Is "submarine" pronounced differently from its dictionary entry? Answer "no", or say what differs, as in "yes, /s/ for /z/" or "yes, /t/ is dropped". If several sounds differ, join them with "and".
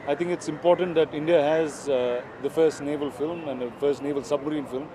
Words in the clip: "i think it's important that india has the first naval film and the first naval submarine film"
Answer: no